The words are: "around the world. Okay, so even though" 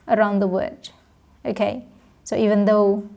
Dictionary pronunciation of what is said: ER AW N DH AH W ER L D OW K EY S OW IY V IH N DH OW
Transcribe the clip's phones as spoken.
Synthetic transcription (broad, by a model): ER AW N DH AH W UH D OW K EY S OW IY V IH N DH OW